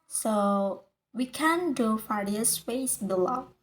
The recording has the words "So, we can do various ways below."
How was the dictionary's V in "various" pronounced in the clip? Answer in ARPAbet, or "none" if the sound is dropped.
F